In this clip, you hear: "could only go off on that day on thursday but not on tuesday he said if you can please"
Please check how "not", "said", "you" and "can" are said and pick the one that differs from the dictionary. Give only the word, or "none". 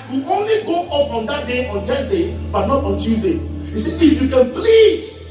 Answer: said